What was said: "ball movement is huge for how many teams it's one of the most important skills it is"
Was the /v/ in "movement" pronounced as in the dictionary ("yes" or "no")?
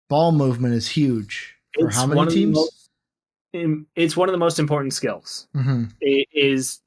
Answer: yes